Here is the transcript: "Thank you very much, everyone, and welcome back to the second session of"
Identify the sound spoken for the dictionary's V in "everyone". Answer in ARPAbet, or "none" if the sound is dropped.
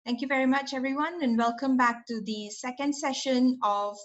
V